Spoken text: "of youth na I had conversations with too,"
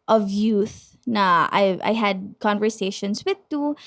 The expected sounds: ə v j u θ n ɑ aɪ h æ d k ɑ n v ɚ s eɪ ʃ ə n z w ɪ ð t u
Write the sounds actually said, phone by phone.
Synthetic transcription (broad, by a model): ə v j u θ n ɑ aɪ h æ d k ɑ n v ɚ s eɪ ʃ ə n s w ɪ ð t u